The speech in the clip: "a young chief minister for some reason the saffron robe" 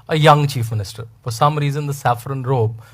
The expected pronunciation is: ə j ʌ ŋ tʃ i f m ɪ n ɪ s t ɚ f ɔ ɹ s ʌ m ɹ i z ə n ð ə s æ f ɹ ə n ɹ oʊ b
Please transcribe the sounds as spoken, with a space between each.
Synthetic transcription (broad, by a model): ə j ʌ ŋ tʃ i f m ɪ n ɪ s t ɚ f ɔ ɹ s ʌ m ɹ i z ə n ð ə s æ f ɹ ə n ɹ oʊ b